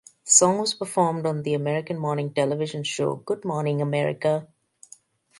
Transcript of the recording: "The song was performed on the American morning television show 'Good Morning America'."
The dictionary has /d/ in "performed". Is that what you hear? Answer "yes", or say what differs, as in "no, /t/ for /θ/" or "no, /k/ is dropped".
yes